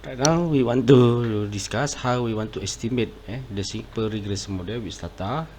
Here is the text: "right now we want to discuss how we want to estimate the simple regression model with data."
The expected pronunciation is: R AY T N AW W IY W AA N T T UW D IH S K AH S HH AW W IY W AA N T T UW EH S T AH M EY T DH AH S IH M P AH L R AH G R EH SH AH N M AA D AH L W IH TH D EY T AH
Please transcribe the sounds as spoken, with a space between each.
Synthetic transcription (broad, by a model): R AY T N AW W IY W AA N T T UW D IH S K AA S HH AW W IY W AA N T T UW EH S T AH M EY T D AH S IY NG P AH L R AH G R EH S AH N M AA D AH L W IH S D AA T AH